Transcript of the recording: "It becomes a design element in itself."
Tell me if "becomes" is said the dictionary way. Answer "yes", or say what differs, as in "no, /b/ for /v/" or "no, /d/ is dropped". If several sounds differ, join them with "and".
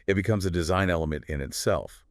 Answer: yes